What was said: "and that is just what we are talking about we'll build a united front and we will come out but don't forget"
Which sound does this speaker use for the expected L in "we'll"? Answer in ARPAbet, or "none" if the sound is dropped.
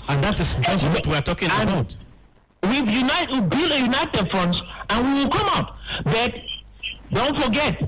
W